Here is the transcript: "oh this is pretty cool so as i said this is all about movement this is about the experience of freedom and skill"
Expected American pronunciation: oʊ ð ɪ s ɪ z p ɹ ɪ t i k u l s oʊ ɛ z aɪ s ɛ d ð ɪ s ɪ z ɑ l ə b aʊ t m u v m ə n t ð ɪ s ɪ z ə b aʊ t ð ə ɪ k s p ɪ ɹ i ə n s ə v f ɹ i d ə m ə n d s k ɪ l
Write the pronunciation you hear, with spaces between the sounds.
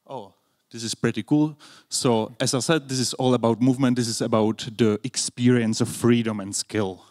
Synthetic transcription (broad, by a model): oʊ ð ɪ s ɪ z p ɹ ɪ t i k u l s oʊ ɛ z aɪ s ɛ d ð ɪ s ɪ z ɑ l ə b aʊ t m u v m ə n t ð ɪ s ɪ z ə b aʊ t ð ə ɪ k s p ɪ ɹ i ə n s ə f ɹ i d ə m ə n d s k ɪ l